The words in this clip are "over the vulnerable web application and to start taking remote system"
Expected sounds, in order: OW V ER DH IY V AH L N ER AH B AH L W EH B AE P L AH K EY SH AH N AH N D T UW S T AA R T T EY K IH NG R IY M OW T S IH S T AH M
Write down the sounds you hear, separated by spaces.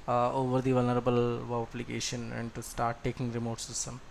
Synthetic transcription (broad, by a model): OW V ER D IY V AH L N ER AH B AH L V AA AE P L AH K EY SH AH N AH N D T UW S T AA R T T EY K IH NG R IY M OW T S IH S T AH M